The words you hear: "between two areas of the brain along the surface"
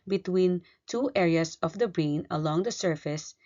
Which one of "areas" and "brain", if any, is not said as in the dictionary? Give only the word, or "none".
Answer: areas